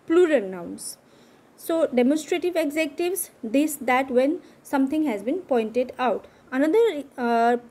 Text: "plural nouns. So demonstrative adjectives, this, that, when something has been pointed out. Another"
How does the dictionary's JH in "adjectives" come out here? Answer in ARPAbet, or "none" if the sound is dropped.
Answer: Z